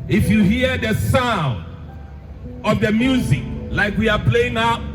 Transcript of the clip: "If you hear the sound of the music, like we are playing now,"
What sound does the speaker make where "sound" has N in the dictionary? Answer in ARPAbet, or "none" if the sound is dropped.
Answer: N